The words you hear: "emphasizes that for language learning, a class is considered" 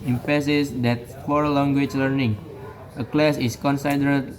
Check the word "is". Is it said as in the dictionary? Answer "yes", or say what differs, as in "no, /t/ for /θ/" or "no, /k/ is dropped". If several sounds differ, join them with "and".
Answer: no, /s/ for /z/